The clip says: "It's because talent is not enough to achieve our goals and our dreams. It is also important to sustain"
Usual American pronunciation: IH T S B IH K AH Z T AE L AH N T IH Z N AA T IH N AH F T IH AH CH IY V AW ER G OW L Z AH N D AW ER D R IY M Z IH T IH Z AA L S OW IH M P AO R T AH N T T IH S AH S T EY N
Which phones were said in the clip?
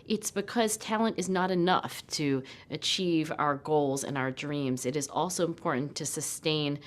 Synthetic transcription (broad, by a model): IH T S B IH K AH Z T AE L AH N T IH Z N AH T IH N AH F T IH AH CH IY V AW ER G OW L Z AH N AW ER D R IY M Z IH T IH Z AA L S OW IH M P AO R T N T T IH S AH S T EY N